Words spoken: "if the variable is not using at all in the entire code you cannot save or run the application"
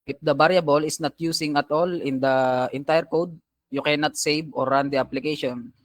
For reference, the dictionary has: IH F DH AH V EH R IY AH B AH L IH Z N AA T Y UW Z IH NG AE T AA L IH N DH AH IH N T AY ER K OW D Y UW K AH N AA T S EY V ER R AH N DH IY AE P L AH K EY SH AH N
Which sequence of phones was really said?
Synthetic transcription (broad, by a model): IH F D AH B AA R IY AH B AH L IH S N AA T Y UW S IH NG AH T AA L IH N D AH IH N T AY ER K OW D Y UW K AH N AA T S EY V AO R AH N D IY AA P L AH K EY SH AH N